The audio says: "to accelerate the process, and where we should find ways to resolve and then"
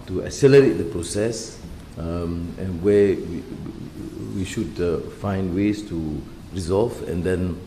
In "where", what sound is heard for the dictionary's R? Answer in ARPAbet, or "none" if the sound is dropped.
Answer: W